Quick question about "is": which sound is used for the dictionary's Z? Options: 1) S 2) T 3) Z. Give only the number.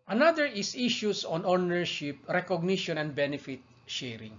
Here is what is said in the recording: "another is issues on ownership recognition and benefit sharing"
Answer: 1